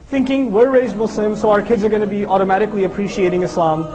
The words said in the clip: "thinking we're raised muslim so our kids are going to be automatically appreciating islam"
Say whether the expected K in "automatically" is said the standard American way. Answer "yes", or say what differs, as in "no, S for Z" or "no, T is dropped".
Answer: yes